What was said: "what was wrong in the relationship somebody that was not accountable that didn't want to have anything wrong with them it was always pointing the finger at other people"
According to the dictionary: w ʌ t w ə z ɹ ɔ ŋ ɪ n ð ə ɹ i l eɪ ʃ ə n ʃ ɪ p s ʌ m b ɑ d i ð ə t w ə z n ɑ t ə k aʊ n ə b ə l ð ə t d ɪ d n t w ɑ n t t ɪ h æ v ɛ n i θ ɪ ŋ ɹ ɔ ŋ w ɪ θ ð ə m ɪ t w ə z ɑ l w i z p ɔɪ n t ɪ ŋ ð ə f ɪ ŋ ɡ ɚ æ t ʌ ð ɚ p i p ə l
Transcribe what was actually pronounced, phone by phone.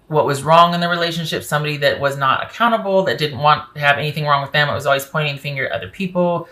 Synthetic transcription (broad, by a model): w ʌ t w ə z ɹ ɔ ŋ ɪ n ð ə ɹ i l eɪ ʃ ə n ʃ ɪ p s ʌ m b ɑ d i ð ə t w ə z n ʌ t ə k aʊ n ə b l ð ə t d ɪ d n t w ɑ n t t ɪ v ɛ n i θ ɪ ŋ ɹ ɔ ŋ w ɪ ð ə m ɪ t w ə z ɑ l w i z p ɔɪ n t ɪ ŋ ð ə f ɪ ŋ ɡ ɚ t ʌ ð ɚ p i p l